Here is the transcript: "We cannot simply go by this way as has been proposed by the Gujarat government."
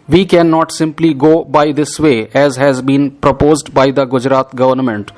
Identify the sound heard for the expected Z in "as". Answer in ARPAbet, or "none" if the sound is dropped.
Z